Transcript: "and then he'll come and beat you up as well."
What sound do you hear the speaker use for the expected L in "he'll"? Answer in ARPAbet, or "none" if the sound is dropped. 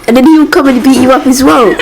W